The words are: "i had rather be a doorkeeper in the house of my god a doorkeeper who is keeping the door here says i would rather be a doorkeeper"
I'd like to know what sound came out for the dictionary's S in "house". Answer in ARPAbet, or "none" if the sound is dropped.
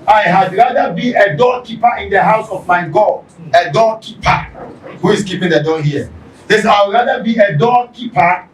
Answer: S